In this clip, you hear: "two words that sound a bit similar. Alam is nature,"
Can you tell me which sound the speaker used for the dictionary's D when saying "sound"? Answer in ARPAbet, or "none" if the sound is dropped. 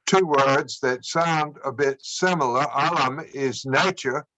D